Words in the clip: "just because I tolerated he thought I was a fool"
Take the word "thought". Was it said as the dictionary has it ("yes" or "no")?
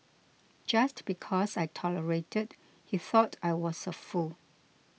yes